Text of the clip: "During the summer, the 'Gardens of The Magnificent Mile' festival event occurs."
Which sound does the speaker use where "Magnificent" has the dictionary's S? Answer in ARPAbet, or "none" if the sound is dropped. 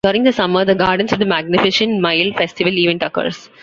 SH